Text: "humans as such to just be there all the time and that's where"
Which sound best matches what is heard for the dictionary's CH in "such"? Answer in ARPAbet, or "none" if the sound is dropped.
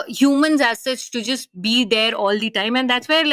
S